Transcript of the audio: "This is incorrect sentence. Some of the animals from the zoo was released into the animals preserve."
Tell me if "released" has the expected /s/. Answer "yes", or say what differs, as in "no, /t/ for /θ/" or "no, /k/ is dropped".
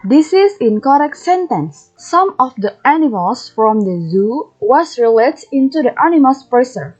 no, /s/ is dropped